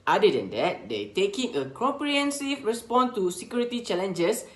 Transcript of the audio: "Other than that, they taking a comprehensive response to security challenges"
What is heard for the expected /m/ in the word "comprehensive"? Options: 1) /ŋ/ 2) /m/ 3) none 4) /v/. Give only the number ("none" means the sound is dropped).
3